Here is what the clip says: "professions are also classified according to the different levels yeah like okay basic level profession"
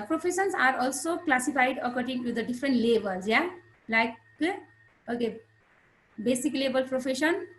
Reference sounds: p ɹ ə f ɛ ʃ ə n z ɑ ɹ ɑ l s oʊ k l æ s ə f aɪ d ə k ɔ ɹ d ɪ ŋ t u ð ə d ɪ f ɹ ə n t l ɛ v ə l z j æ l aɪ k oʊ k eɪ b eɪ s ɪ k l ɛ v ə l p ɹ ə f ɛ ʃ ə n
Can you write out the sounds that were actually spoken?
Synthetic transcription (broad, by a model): p ɹ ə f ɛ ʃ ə n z ɑ ɹ ɑ l s oʊ k l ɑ s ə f aɪ d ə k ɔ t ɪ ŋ t u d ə d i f ɹ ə n t l ɛ b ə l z j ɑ l aɪ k oʊ k eɪ b eɪ s ɪ k l ɛ b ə l p ɹ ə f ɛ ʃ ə n